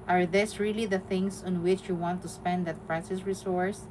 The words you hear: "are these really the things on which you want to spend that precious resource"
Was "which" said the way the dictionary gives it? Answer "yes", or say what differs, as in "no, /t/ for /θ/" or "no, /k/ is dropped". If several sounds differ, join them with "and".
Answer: yes